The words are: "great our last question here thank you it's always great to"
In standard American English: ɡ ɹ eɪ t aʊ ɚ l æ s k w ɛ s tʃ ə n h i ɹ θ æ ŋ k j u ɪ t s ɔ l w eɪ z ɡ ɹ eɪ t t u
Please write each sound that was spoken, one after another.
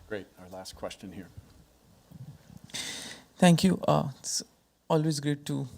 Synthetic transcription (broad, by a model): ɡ ɹ eɪ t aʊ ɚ l æ s k w ɛ s tʃ ə n h i ɹ t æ ŋ k j u ɪ t s ɔ l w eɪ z ɡ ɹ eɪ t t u